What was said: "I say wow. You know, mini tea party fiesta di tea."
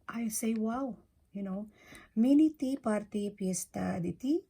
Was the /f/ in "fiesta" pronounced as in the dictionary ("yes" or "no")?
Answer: no